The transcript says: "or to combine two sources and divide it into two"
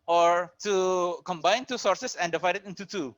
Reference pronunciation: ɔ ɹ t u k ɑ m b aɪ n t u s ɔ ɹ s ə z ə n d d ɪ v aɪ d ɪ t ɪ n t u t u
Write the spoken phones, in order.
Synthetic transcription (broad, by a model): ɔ ɹ t u k ɑ m b aɪ n t u s ɔ ɹ s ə s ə n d d ɪ v aɪ d ɪ t ɪ n t u t u